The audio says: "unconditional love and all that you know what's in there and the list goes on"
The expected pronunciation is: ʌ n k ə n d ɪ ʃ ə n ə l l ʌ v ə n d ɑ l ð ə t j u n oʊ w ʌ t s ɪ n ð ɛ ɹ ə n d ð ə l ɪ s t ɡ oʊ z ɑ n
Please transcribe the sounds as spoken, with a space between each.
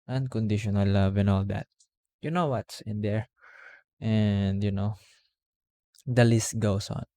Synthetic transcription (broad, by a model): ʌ n k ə n d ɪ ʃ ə n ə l l ʌ v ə n ɑ l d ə t j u n oʊ w ʌ t s ɪ n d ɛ ɹ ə n d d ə l ɪ s t ɡ oʊ s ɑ n